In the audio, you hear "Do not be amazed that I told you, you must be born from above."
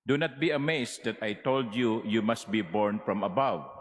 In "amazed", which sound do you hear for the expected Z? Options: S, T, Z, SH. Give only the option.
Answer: S